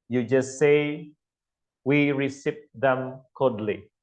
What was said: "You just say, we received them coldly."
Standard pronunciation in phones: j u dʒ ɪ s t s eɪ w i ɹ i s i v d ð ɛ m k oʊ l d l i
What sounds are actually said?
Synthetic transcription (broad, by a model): j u dʒ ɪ s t s eɪ w i ɹ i s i p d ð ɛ m k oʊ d l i